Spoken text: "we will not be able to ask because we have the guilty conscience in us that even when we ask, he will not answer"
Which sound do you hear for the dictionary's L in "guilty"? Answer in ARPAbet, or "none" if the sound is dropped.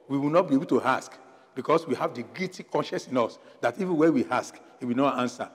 none